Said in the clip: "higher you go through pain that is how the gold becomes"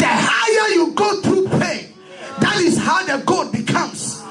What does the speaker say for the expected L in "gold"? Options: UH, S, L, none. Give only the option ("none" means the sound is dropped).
none